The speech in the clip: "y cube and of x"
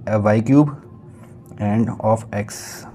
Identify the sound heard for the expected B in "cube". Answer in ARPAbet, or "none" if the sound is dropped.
B